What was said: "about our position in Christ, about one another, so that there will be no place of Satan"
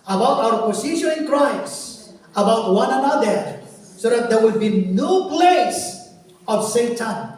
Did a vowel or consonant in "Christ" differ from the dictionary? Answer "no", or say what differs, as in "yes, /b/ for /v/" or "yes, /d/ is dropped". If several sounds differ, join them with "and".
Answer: yes, /t/ is dropped